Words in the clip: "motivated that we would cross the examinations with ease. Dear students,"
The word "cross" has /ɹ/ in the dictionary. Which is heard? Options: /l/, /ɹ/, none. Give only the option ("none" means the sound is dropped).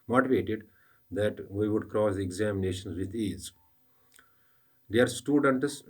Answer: /ɹ/